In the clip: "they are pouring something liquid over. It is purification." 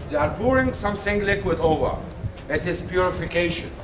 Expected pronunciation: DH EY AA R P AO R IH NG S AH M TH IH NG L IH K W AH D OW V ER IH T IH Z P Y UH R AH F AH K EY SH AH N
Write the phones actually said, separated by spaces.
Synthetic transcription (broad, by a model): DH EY AA R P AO R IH NG S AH M S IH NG L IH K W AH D OW V ER IH T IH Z P Y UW R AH F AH K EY SH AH N